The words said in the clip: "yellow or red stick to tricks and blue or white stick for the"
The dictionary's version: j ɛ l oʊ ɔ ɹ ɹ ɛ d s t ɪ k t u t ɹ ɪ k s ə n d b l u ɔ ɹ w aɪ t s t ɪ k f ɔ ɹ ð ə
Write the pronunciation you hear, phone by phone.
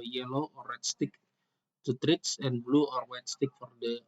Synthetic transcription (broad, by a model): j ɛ l oʊ ɔ ɹ w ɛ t s t ɪ k t u t ɹ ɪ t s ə n b l u ɔ ɹ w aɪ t s t ɪ k f ɔ ɹ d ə